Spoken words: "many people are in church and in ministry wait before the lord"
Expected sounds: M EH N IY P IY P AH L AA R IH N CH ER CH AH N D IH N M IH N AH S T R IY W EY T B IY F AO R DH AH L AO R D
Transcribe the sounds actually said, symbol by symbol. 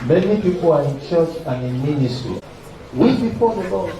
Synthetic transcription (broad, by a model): M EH N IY P IY P AH L AA R IH N CH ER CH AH N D IH N M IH N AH S T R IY W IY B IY P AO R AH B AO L